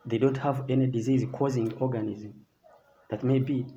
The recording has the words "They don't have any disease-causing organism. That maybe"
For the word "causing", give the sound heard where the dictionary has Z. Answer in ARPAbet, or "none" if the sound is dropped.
Z